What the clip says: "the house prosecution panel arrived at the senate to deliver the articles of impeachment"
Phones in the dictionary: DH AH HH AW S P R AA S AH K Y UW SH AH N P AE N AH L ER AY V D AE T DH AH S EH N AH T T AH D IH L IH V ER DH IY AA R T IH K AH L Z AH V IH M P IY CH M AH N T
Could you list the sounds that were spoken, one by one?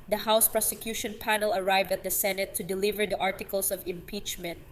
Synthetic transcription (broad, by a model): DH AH HH AW S P R AA S AH K Y UW SH AH N P AE N AH L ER AY V D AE T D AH S EH N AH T T AH D IH L IH V ER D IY AA R T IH K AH L S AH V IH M P IY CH M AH N T